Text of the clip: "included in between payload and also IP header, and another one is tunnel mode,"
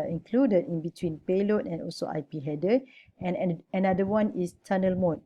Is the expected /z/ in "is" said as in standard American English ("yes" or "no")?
no